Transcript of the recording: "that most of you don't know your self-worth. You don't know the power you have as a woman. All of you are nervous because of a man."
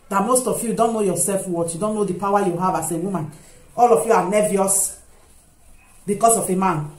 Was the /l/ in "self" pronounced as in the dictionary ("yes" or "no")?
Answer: yes